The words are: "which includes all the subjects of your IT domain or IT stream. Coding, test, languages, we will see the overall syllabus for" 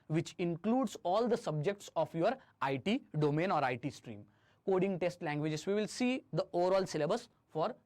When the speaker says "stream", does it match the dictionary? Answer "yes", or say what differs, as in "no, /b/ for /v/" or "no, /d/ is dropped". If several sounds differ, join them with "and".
yes